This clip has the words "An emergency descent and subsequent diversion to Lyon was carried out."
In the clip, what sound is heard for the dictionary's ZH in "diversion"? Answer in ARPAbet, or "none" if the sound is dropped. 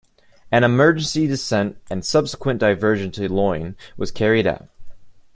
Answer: ZH